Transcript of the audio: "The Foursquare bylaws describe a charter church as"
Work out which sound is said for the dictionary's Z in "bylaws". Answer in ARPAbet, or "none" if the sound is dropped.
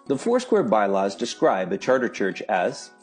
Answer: Z